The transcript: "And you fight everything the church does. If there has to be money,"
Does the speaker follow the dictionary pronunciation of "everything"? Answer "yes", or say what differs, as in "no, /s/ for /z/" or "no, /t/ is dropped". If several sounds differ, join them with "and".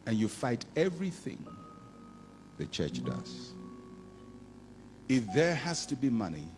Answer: yes